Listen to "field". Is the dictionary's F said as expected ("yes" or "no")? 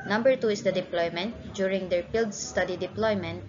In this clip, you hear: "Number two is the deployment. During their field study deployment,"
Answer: no